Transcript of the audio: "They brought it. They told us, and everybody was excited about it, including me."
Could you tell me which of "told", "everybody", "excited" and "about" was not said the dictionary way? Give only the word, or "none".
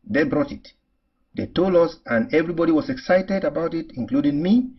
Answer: told